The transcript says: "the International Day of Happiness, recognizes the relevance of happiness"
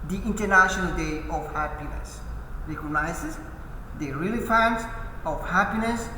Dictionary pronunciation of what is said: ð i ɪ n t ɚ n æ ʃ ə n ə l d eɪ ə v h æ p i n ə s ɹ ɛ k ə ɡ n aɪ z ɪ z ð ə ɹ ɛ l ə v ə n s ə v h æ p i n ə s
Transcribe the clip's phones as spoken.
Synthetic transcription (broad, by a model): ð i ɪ n t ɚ n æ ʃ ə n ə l d eɪ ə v h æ p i n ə s ɹ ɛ k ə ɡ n aɪ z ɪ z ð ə ɹ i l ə f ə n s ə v h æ p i n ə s